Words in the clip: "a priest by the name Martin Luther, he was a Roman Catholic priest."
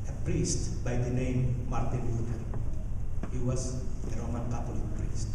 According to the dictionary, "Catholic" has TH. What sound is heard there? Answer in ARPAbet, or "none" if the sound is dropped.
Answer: T